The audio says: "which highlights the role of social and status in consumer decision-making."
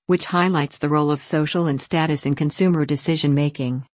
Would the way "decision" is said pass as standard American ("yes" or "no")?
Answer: yes